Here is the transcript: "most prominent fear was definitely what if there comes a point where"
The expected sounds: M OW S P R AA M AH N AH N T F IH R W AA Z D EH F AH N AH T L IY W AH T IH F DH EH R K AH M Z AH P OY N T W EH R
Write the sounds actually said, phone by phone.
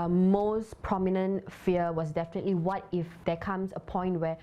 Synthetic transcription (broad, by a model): M OW S P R AA M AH N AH N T F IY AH W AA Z D EH F AH N AH T L IY W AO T IH F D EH K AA M S AH P OY N T W EH